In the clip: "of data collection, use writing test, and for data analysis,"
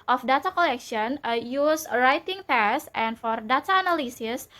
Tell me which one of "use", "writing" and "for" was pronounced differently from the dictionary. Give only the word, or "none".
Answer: none